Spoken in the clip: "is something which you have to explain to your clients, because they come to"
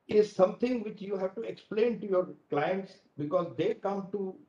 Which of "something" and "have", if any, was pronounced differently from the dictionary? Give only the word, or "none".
something